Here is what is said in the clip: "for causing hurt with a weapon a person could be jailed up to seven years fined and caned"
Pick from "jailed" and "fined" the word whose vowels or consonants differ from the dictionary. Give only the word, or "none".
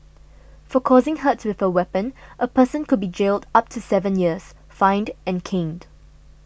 none